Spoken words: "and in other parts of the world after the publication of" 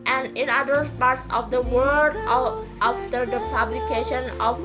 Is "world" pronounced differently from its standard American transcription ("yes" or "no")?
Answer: yes